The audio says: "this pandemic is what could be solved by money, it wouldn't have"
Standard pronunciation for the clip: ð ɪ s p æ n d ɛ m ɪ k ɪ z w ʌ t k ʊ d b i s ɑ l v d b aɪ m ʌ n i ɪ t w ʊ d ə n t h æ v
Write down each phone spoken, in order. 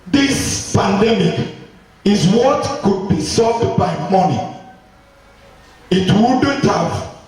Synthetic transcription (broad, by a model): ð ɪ s p æ n d ɛ m ɪ k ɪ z w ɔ t k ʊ d b i s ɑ v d b aɪ m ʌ n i ɪ t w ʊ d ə t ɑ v